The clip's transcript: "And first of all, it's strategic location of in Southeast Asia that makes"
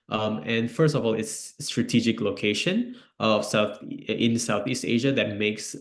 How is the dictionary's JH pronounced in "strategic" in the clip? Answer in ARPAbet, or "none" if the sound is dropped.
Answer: JH